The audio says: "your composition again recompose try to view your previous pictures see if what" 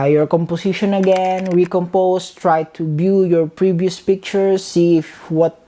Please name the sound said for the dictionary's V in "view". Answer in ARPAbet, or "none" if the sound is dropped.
B